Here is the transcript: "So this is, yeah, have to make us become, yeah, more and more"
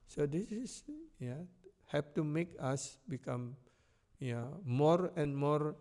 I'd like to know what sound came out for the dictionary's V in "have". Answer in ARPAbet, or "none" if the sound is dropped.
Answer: P